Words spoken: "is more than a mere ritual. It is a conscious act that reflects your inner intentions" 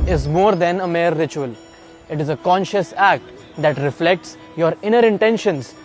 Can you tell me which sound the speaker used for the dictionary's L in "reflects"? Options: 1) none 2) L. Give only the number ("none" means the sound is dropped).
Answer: 2